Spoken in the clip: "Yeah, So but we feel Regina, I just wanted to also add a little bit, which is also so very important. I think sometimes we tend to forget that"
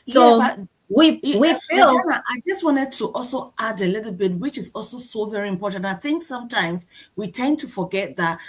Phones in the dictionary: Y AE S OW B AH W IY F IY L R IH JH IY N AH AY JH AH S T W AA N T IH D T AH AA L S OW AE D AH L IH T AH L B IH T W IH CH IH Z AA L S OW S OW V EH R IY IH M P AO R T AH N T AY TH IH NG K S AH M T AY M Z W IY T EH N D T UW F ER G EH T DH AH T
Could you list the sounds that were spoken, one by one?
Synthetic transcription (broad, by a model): S OW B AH W IY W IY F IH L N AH AY JH AH S T W AA N T IH D T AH AA L S OW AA D AH L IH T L B IH T W IH CH IH Z AA L S OW S OW V EH R IY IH M P AO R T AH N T AY TH IH NG K S AH M T AY M Z W IY T EH N T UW F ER G EH T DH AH T